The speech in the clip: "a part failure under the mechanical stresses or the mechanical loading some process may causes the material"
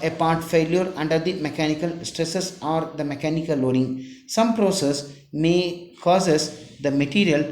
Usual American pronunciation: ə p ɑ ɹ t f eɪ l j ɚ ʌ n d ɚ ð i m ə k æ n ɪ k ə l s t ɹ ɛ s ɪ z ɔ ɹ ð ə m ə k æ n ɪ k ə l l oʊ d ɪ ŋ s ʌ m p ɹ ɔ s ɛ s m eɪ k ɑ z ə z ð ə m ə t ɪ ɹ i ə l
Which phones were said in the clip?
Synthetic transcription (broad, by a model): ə p ɑ ɹ t f eɪ l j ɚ ʌ n d ɚ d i m ə k æ n ɪ k ə l s t ɹ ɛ s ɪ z ɔ ɹ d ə m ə k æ n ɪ k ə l l oʊ d ɪ ŋ s ʌ m p ɹ ɔ s ɛ s m eɪ k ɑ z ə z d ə m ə t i ɹ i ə l